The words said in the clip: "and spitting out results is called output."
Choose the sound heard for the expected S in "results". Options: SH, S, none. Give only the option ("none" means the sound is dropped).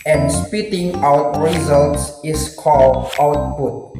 S